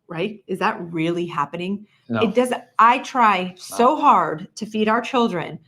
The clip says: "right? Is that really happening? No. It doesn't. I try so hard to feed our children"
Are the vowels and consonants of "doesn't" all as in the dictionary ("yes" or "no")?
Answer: no